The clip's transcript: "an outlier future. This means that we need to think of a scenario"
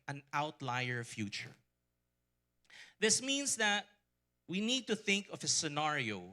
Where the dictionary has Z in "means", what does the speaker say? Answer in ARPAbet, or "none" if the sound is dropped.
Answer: S